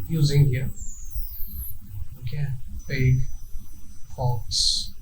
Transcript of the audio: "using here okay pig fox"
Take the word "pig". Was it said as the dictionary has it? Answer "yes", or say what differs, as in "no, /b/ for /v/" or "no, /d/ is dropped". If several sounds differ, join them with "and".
no, /b/ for /p/